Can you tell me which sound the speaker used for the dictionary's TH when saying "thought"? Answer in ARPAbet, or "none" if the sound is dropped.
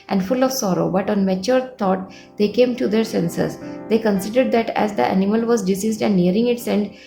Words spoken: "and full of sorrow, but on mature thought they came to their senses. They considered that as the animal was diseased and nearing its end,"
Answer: T